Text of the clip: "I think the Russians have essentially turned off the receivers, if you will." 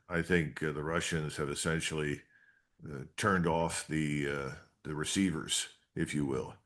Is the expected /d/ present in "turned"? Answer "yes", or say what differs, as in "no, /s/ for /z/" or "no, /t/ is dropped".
yes